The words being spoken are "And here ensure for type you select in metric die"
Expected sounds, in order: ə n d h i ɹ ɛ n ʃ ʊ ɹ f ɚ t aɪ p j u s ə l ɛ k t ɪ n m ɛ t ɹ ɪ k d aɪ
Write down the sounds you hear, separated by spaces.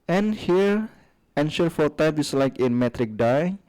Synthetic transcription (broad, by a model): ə n h i ɹ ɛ n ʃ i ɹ f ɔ t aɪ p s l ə ɪ k ɪ n m ɛ t ɹ ɪ k d aɪ